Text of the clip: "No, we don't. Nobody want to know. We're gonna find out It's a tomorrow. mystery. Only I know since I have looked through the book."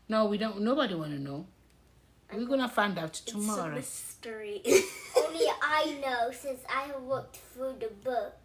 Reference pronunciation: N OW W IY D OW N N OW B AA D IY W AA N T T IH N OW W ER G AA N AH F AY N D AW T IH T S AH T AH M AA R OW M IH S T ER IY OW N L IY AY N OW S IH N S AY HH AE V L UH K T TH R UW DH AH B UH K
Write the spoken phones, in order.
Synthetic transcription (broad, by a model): N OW W IY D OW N N OW B AA D IY W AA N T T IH N OW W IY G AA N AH F AY N D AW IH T T AH M AA R OW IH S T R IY OW N L IY AY N OW S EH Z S AY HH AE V W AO K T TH R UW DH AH B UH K